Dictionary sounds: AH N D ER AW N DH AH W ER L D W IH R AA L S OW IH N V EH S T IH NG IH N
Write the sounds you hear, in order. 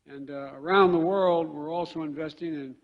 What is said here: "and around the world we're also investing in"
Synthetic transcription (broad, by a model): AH N ER AW N DH AH W ER L D W IH R AA L S OW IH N V EH S T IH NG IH N